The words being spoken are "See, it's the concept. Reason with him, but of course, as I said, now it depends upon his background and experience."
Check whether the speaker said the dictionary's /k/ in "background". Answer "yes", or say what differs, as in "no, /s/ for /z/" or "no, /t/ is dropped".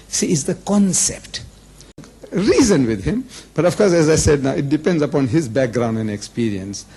yes